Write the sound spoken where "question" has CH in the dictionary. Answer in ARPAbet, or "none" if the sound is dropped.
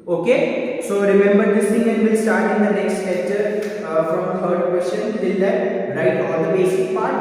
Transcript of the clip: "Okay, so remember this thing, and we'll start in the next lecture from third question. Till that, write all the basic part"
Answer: SH